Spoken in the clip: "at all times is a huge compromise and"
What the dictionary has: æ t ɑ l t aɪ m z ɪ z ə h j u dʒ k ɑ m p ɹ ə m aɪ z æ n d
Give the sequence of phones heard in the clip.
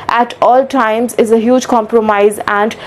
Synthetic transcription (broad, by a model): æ t ɑ l t aɪ m z ɪ z ə h j u dʒ k ɑ m p ɹ ə m aɪ z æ n d